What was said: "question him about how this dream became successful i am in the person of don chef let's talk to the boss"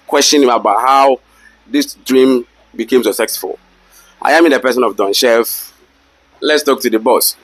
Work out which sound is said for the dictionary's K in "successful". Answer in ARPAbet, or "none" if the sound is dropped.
none